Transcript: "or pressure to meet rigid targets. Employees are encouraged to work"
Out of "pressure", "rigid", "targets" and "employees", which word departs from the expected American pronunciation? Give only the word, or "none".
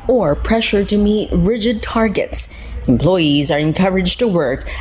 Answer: none